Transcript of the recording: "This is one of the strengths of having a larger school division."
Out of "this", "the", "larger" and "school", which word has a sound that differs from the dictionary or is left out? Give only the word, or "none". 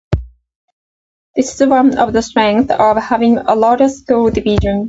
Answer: larger